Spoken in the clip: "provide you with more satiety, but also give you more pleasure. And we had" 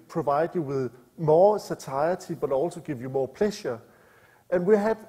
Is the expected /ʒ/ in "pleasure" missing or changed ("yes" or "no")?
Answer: yes